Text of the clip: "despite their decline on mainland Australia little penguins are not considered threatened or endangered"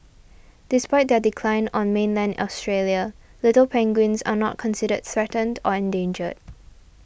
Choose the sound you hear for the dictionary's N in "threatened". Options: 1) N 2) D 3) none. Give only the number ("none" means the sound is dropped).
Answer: 1